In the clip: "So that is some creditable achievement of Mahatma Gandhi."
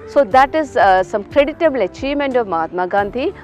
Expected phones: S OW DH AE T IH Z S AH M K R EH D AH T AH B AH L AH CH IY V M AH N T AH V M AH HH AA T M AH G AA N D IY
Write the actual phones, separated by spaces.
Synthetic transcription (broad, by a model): S OW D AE T IH Z S AH M K R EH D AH T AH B L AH CH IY M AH N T AH V M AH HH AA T M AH G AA N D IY